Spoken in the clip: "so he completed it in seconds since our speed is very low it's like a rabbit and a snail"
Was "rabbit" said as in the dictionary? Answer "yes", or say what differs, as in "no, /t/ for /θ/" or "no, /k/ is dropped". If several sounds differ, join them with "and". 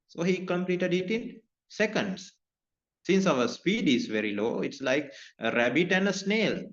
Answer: yes